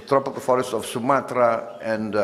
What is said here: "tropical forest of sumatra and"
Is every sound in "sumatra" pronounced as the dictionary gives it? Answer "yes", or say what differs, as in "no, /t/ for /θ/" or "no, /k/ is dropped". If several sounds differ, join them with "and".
yes